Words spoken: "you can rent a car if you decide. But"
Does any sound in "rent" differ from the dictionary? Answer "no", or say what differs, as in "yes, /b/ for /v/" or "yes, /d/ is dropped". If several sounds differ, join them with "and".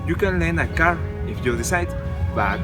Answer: yes, /l/ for /ɹ/ and /t/ is dropped